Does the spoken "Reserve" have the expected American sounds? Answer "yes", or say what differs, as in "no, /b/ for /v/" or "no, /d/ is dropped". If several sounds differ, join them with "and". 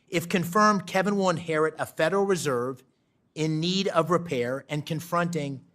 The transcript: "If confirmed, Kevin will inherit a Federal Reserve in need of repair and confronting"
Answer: yes